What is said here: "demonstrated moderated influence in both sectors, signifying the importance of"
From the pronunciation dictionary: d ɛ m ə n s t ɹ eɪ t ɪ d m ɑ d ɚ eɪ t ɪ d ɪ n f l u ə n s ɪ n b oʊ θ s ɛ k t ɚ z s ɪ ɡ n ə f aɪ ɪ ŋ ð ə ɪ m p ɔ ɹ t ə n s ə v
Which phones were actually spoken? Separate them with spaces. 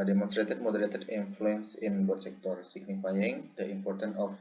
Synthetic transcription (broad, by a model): d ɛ m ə n s t ɹ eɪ t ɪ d m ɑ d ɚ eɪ t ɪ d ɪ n f l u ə n s ɪ n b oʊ t s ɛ k t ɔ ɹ s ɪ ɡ n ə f aɪ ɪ ŋ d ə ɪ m p ɔ ɹ t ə n ə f